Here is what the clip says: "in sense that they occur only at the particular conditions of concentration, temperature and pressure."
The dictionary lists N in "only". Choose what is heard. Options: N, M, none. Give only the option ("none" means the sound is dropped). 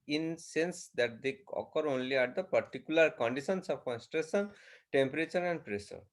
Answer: N